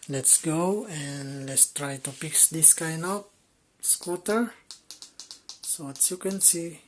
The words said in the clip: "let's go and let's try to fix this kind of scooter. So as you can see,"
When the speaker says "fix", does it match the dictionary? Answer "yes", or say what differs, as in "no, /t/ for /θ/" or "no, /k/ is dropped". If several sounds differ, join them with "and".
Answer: no, /p/ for /f/